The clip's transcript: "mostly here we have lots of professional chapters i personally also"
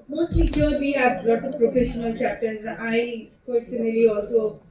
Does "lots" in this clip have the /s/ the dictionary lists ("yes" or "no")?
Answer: no